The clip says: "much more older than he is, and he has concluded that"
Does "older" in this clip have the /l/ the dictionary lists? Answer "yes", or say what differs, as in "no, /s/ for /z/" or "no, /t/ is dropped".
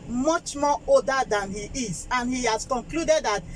no, /l/ is dropped